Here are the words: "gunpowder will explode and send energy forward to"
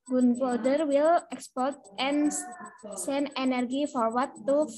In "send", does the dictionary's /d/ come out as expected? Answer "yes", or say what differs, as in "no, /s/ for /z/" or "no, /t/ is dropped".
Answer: no, /d/ is dropped